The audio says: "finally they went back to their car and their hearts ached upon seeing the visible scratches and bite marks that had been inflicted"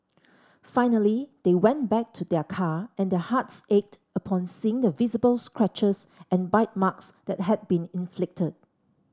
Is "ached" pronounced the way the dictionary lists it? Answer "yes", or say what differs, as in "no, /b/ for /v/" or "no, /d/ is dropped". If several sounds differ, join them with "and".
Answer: yes